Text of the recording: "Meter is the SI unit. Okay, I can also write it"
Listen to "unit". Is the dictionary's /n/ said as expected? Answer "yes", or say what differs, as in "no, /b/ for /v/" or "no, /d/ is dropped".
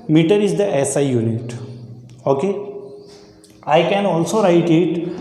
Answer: yes